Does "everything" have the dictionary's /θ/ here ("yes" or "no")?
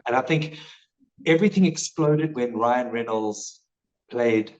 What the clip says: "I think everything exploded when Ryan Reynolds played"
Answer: yes